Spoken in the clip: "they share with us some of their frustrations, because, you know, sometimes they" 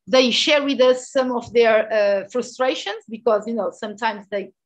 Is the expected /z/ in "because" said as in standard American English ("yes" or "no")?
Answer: yes